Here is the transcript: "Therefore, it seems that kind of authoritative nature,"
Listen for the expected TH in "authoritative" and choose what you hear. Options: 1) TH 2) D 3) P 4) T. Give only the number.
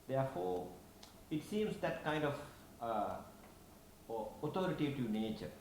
4